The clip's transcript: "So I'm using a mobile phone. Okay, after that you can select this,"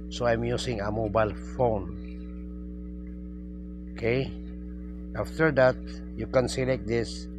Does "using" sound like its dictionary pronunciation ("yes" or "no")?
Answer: no